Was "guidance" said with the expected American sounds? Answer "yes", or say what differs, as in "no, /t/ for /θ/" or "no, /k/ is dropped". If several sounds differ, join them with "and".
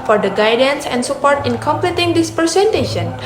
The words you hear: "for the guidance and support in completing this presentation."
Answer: yes